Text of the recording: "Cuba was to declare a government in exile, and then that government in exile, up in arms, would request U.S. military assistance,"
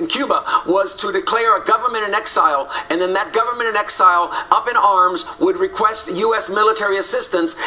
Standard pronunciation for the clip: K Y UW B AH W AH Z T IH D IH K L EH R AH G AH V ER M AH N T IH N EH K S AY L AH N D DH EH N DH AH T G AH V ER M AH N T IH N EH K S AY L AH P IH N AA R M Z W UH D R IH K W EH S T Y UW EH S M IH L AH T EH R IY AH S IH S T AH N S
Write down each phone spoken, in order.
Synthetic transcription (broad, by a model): K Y UW B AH W AH Z T IH D IH K L EH R AH G AH V ER M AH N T IH N EH K S AY L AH N DH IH N DH AH T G AH V ER M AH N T IH N EH K S AY L AH P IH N AA R M Z W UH D R IH K W EH S T Y UW EH S M IH L AH T EH R IY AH S IH S T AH N S